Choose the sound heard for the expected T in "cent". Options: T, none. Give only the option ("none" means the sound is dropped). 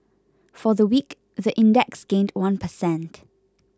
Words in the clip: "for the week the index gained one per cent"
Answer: T